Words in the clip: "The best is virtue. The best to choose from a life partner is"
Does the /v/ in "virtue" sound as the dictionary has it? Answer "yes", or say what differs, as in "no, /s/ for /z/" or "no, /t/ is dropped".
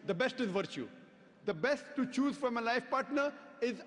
yes